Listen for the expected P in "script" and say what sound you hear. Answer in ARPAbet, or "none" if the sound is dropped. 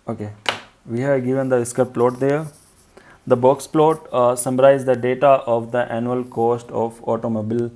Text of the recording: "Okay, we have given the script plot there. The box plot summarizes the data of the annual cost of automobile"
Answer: none